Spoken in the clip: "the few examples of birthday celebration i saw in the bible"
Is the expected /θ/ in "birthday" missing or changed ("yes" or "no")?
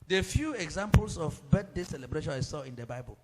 yes